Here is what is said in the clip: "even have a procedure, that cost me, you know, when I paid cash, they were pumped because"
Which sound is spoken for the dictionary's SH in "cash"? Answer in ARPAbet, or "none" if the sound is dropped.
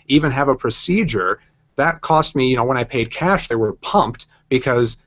SH